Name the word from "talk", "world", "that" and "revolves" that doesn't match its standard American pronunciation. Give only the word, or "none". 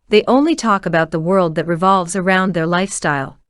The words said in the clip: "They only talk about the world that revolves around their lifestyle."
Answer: none